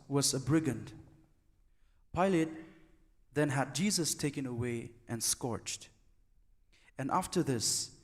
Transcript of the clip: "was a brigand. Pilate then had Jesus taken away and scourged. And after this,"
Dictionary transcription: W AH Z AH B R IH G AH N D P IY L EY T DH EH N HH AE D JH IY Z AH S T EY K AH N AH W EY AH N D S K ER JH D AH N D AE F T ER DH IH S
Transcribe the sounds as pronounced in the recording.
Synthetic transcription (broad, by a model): W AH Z AH B R IH G AH N D P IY L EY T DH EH N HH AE D JH IY Z AH S T EY K AH N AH W EY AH N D S K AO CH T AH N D AE F T ER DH IH S